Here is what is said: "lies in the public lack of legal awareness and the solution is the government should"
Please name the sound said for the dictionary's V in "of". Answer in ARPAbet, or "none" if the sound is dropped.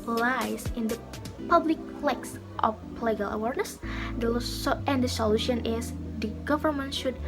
P